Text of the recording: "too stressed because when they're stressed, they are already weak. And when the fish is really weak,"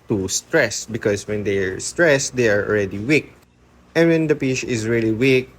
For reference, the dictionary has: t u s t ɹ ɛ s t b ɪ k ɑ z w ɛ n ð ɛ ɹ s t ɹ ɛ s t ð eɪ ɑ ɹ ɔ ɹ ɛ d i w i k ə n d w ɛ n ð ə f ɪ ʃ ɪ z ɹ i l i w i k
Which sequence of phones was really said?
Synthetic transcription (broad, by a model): t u s t ɹ ɛ s b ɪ k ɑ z w ɛ n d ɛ ɹ s t ɹ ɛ s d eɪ ɑ ɹ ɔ l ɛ d i w i k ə n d w ɛ n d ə p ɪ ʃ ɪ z ɹ i l i w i k